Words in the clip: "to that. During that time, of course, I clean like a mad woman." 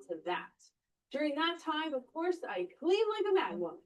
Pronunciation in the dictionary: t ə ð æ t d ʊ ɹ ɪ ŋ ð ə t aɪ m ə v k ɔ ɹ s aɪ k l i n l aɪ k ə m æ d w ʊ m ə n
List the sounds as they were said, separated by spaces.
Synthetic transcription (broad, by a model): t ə ð æ t d ʊ ɹ ɪ ŋ ð ə t aɪ m ə v k ɔ ɹ s aɪ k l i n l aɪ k ə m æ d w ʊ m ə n